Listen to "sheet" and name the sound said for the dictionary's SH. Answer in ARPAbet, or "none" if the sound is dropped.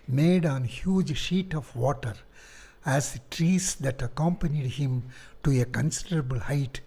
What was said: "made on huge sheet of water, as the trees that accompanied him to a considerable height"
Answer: SH